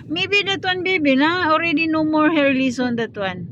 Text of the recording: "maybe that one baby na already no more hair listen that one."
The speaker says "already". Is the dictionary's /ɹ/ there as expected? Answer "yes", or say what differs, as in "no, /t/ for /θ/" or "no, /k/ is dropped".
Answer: yes